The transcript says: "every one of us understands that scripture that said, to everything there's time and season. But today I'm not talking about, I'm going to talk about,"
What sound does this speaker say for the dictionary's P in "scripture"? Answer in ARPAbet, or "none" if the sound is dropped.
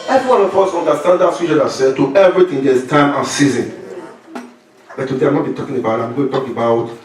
none